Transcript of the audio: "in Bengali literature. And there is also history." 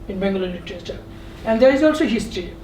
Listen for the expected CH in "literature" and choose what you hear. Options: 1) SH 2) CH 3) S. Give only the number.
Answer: 3